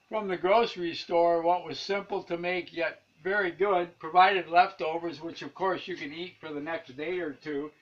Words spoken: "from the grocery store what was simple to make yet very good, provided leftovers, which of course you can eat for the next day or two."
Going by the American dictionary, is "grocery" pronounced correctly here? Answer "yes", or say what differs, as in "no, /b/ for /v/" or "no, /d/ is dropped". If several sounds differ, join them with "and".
yes